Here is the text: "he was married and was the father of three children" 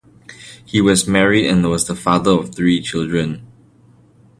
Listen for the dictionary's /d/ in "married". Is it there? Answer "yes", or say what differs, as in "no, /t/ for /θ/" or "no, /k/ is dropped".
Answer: yes